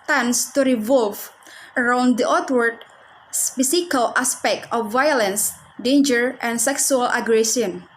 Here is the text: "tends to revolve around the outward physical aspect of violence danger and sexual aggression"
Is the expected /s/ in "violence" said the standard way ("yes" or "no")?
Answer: yes